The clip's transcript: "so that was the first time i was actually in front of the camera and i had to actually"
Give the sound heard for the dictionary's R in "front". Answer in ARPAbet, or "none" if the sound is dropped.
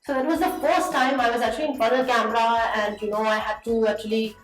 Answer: none